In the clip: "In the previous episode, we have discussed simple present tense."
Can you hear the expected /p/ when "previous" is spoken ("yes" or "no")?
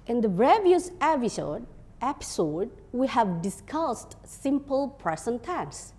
no